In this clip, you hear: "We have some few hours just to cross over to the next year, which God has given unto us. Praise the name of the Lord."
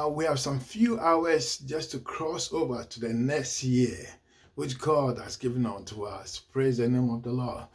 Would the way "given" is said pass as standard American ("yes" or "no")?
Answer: yes